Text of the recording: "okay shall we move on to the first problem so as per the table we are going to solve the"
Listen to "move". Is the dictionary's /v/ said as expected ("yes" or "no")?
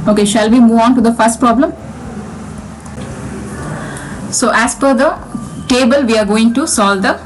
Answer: yes